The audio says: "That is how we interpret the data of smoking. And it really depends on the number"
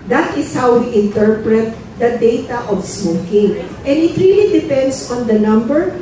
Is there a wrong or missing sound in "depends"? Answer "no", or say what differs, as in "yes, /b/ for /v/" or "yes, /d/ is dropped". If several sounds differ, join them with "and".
yes, /s/ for /z/